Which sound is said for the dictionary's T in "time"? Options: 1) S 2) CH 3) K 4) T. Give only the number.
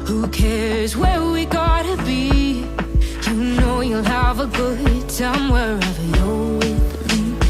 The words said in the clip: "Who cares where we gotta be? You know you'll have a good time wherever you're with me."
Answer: 1